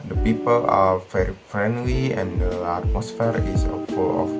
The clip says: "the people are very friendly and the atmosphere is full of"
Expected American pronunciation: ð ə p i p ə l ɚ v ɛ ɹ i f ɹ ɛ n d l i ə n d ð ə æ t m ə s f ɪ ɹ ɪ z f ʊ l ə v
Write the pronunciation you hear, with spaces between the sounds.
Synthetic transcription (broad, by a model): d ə p i p ə l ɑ f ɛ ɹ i f ɹ ɛ n d l i ə n d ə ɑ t m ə s f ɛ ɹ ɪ s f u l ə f